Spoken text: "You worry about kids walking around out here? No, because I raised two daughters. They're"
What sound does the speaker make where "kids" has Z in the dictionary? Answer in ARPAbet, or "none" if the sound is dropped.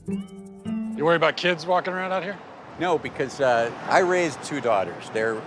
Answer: Z